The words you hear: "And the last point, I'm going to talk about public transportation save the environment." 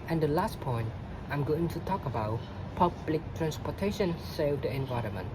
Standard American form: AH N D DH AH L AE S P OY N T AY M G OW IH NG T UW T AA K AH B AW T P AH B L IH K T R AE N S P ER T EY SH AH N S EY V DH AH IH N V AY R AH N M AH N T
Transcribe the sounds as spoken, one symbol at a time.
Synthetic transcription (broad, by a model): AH N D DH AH L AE S P OY N T AY M G OW IH NG T UW T AA K AH B AW T P AH B L IH K T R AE N S P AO T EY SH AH N S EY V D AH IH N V AY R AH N M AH N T